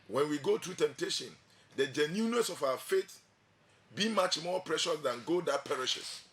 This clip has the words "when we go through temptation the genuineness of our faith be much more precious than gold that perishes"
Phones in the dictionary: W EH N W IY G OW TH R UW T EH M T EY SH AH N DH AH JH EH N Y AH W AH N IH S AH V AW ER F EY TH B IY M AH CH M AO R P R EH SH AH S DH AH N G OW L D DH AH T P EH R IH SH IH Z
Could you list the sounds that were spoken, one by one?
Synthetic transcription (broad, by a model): W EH N W IY G OW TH R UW T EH M T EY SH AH N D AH JH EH N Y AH N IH S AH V AW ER F EY T B IY M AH CH M AO P R EH SH AH S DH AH N G OW D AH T P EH R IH SH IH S